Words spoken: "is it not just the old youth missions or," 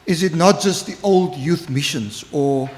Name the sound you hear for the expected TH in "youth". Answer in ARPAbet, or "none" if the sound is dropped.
TH